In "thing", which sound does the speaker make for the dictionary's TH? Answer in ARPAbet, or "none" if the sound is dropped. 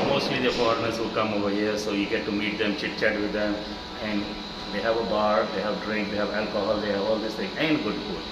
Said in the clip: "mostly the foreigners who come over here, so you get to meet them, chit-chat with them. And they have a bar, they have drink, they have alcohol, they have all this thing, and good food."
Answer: T